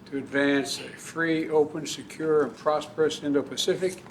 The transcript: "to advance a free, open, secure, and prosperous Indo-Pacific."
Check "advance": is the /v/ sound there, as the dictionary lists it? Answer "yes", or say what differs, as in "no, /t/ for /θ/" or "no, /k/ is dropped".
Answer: yes